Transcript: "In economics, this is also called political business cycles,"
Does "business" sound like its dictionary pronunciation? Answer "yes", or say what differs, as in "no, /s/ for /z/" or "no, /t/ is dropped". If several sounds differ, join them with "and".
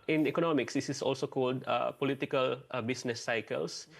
no, /s/ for /z/